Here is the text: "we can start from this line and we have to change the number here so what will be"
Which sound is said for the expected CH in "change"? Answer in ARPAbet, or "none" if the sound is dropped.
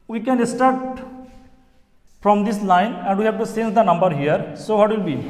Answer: S